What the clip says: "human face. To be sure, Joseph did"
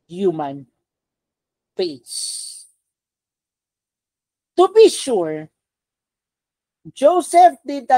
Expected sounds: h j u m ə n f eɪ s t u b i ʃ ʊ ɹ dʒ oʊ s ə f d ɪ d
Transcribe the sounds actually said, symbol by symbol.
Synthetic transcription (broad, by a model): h j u m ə n p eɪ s t u b i ʃ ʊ ɹ dʒ oʊ s ə f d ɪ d